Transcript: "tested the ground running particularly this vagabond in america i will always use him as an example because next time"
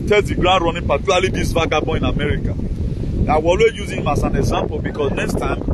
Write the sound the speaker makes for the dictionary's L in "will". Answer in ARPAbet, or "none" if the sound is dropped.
W